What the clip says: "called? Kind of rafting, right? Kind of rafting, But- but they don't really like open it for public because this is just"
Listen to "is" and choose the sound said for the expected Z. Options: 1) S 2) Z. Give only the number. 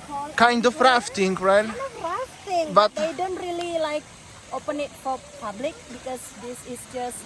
1